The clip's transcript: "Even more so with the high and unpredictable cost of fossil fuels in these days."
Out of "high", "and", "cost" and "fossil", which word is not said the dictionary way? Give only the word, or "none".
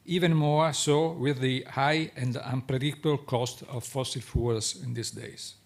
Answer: none